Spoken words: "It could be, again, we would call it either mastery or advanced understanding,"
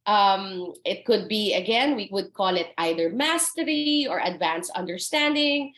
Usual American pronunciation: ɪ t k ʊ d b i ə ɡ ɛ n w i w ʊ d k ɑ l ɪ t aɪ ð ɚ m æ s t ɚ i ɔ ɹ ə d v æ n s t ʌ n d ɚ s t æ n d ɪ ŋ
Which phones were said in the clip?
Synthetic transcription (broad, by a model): ɪ t k ʊ d b i ə ɡ ɛ n w i w ʊ d k ɑ l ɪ t aɪ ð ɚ m æ s t ɚ i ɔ ɹ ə d v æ n s ʌ n d ɚ s t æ n d ɪ ŋ